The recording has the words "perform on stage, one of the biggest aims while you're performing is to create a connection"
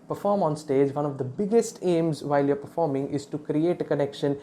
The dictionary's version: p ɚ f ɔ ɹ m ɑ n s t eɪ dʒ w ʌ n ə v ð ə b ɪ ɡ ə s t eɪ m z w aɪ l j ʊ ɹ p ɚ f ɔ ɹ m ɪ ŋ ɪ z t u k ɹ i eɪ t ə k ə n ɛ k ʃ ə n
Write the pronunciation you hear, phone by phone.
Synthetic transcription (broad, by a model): p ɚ f ɔ ɹ m ɑ n s t eɪ dʒ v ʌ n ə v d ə b ɪ ɡ ə s t eɪ m z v aɪ l j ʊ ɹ p ɚ f ɔ ɹ m ɪ ŋ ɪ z t u k ɹ i eɪ t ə k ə n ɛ k ʃ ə n